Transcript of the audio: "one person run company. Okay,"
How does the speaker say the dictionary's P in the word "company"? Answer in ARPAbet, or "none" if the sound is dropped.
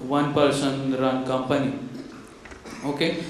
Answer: P